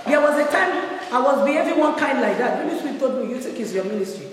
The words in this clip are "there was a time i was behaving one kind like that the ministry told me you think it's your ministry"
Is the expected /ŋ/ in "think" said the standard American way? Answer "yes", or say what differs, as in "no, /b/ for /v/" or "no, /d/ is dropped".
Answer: no, /ŋ/ is dropped